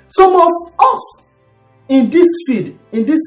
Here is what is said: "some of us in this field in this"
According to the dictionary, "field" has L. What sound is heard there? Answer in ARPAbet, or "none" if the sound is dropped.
none